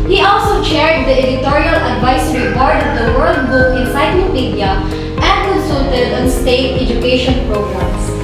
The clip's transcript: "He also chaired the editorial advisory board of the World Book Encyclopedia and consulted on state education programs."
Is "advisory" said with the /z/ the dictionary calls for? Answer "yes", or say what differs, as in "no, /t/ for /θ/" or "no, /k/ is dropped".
no, /s/ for /z/